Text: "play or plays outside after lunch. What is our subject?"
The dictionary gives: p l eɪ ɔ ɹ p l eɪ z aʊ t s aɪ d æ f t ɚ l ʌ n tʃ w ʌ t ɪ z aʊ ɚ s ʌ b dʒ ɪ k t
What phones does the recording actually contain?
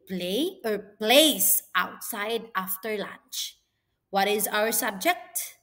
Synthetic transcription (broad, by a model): p l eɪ ɔ ɹ p l eɪ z aʊ t s aɪ d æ f t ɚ l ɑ n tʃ w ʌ t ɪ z aʊ ɚ s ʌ b dʒ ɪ k t